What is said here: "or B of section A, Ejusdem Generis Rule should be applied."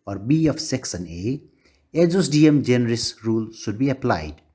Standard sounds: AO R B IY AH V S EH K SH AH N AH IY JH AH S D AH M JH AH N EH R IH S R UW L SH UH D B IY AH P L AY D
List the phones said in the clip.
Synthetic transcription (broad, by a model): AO R B IY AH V S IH K S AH N AH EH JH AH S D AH M JH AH N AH R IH S R UW L SH UH D B IY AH P L AY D